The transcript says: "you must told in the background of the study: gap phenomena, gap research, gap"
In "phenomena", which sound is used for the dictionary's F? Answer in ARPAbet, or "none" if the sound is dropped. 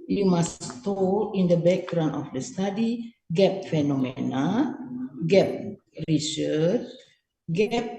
F